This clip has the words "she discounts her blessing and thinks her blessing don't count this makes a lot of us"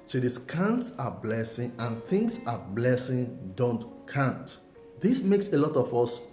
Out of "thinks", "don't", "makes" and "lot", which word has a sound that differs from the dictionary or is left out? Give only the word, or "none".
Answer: thinks